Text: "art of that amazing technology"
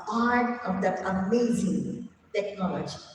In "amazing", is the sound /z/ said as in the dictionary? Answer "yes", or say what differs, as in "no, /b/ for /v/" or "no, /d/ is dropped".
yes